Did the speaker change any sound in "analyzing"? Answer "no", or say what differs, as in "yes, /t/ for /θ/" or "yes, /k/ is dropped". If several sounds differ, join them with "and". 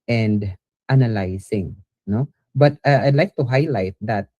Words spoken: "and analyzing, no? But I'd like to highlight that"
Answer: yes, /s/ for /z/